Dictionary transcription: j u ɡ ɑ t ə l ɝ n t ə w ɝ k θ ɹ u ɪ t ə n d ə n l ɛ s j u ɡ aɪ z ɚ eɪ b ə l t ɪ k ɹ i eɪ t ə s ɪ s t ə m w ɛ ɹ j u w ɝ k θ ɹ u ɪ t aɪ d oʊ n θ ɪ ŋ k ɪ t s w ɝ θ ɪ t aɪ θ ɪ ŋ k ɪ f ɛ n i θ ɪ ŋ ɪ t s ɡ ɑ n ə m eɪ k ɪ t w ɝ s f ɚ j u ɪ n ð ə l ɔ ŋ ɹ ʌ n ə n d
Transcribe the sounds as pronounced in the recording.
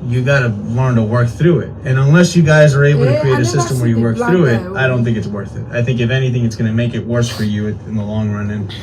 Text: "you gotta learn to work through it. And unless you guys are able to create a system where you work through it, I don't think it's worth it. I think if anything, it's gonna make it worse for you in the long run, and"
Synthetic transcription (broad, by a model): j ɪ ɡ ɑ t ə l ɝ n t ə w ɝ k θ ɹ u ɪ t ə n ə n l ɛ s j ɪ ɡ aɪ z ɚ eɪ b l t ɪ k ɹ i eɪ t ə s ɪ s t ə m w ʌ ɹ j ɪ w ɝ k θ ɹ u ɪ t aɪ d oʊ n θ ɪ ŋ k ɪ t s w ɝ θ ɪ t aɪ θ ɪ ŋ k ɪ f ɛ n i θ ɪ ŋ ɪ t s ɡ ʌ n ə m eɪ k ɪ t w ɝ s f ɚ j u ɪ n ð ə l ɔ ŋ ɹ ʌ n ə n